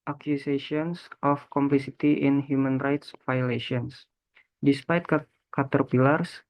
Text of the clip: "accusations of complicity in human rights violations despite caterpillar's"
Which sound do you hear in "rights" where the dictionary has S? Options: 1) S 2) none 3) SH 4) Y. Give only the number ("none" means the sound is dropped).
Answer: 1